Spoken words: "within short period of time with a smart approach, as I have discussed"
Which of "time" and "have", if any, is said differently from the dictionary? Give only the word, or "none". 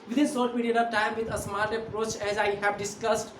have